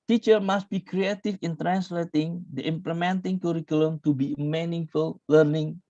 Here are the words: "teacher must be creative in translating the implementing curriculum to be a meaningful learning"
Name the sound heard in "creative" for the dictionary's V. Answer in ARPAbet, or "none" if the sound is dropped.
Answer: F